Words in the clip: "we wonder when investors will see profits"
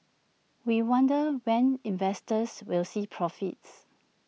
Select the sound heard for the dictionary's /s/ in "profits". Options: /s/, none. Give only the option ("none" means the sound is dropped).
/s/